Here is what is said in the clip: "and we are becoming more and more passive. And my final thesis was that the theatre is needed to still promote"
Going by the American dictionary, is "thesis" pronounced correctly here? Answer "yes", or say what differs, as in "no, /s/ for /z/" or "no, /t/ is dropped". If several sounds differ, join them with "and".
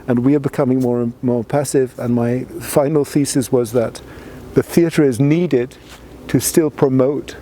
yes